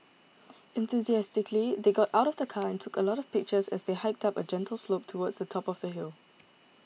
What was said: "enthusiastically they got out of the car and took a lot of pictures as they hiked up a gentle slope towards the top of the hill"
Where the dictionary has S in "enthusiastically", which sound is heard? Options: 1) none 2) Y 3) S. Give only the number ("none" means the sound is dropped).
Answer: 3